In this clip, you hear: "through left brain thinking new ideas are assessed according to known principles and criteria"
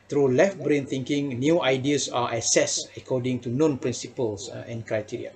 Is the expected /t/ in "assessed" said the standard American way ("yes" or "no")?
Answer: no